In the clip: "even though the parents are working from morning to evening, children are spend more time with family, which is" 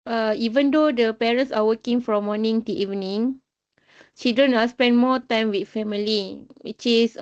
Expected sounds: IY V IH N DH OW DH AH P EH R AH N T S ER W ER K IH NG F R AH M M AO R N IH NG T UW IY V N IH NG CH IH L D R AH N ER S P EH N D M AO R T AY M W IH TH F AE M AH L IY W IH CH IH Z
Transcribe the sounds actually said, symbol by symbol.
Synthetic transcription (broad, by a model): IY V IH N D OW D AH P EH R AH N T S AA W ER K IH NG F R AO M M AO N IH NG T UW IY V N IH NG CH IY D AH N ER S P EH N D M AO T AY M W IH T F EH M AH L IY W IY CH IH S